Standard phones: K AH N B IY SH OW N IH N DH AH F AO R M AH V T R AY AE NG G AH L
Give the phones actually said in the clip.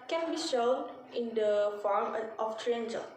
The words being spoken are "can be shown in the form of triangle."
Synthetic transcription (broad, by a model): K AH N B IY SH OW N IH N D AH F AO R M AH F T R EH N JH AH